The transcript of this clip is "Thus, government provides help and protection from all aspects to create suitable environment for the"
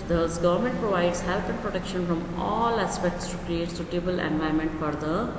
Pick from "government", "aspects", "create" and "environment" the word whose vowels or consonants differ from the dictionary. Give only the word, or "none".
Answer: environment